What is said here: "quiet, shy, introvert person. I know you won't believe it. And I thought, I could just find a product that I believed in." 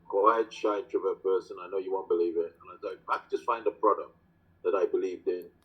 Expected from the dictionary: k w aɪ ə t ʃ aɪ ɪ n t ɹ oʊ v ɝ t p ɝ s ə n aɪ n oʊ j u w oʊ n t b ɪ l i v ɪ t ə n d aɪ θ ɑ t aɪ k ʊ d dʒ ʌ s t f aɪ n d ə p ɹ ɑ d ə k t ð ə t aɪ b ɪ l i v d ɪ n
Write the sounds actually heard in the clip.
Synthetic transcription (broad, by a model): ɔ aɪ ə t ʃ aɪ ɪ t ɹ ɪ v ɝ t p ɝ s ə n aɪ n oʊ j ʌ w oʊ n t b ɪ l i v ɪ t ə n aɪ s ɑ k aɪ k dʒ ʌ s t f aɪ n d ə p ɹ ɑ d ə k t ð ə t aɪ b ɪ l i v d ɪ n